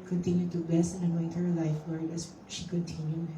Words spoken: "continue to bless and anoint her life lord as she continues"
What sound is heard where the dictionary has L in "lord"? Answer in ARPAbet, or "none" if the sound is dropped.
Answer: W